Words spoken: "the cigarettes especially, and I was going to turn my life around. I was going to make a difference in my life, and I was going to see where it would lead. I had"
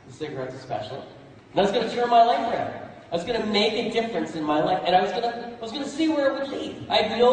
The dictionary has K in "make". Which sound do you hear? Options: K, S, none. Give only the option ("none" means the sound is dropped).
K